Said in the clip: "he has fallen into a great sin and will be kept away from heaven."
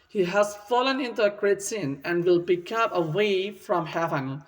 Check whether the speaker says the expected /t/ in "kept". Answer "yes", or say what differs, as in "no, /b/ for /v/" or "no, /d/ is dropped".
no, /t/ is dropped